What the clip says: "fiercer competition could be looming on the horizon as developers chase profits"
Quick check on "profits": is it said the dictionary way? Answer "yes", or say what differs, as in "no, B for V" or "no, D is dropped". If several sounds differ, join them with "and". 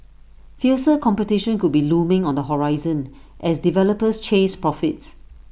yes